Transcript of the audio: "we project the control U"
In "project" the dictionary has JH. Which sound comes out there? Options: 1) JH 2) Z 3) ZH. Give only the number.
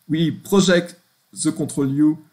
3